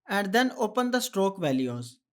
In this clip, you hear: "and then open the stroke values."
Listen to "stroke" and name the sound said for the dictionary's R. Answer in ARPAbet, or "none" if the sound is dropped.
R